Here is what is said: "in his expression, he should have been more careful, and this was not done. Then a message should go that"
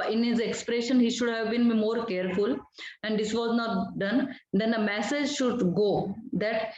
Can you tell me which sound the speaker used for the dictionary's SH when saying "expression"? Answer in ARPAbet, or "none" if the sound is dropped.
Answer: SH